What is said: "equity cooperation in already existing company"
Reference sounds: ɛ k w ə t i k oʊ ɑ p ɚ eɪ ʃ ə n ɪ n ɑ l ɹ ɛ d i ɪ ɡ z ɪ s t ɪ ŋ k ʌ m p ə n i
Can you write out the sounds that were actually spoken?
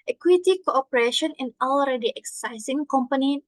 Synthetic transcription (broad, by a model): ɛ k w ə t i k oʊ ɑ p ɚ eɪ ʃ ə n ɪ n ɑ l ɹ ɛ d i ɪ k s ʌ s s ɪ ŋ k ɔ m p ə n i